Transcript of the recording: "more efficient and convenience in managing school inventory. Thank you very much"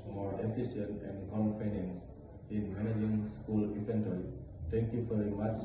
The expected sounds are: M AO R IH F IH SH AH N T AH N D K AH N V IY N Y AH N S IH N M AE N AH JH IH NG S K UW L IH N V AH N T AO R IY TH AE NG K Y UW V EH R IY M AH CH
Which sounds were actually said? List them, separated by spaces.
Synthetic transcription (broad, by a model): M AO R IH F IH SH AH N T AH N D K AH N F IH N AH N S IH N M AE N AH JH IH NG S K UW L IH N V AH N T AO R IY T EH NG K Y UW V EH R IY M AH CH